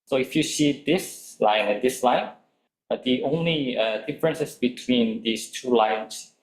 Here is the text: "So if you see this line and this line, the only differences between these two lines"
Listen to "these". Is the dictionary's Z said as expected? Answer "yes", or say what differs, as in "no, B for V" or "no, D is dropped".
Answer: no, S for Z